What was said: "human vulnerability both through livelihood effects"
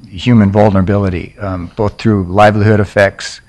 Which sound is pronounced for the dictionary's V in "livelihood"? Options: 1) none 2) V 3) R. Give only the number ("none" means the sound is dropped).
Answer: 2